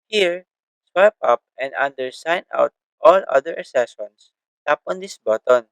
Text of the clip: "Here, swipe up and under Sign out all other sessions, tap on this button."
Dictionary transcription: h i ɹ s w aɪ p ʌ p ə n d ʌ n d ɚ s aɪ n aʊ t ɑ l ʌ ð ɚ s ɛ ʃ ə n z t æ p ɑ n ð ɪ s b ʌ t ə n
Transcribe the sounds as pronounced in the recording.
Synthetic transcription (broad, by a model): h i ɹ s w aɪ p ʌ p ə n d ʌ n d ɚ s aɪ n aʊ t ɑ l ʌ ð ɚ s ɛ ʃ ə n s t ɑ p ɑ n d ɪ s b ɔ t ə n